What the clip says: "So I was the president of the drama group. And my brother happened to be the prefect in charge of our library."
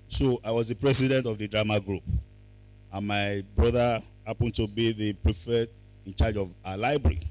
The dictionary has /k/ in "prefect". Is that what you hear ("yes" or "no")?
no